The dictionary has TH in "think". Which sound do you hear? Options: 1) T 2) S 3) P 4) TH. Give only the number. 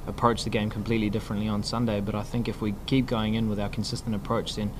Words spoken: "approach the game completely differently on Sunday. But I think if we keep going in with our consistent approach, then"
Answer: 4